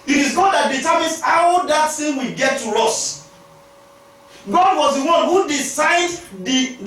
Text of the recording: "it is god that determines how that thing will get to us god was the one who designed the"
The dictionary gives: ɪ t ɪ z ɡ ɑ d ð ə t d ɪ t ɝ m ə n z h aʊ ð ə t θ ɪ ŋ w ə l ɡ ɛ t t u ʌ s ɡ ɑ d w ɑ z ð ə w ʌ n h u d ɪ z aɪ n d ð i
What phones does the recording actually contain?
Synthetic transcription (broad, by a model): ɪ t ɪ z ɡ ɑ d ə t d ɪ t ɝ m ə n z h aʊ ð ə t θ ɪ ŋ w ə ɡ ɛ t t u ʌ s ɡ ɑ d w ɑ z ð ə w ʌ n h u d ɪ s aɪ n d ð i